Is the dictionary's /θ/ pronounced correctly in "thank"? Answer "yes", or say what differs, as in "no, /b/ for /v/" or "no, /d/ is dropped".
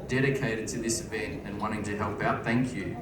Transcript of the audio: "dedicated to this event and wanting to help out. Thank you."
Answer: yes